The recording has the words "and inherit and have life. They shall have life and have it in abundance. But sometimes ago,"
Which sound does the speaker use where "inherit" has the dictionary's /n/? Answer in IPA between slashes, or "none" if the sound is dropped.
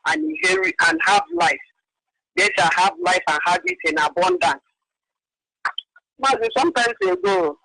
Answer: none